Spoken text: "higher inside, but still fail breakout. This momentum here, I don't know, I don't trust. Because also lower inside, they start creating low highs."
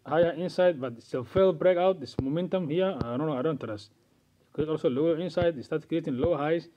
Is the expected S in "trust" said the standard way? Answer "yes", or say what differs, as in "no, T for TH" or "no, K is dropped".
no, S is dropped